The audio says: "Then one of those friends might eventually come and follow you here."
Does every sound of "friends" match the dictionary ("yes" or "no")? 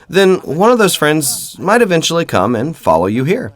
yes